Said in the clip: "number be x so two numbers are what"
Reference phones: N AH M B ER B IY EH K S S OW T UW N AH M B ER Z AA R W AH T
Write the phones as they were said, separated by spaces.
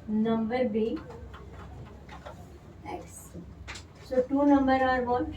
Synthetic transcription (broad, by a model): N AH M B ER B IY EH K S S OW T UW N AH M B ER AA R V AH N